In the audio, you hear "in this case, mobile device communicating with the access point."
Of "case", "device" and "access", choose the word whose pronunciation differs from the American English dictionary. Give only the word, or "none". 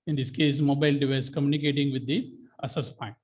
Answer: access